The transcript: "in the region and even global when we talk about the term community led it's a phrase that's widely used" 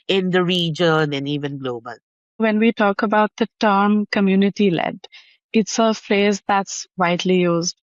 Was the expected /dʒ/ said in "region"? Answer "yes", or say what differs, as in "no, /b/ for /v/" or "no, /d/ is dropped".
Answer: yes